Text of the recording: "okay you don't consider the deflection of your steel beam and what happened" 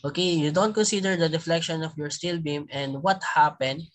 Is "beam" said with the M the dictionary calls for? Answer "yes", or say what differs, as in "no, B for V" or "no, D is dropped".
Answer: yes